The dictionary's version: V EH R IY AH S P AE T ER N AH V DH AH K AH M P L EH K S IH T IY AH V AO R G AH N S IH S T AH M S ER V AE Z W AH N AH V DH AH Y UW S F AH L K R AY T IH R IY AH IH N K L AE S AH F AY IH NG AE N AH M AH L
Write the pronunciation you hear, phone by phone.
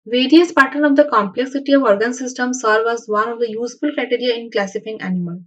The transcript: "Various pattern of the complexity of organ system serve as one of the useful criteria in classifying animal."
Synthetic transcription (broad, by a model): V EH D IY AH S P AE T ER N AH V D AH K AH M P L EH K S IH T IY AH V AO R G AH N S IH S T AH M S ER V AE Z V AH N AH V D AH Y UW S F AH L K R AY T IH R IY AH IH N K L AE S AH F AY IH NG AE N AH M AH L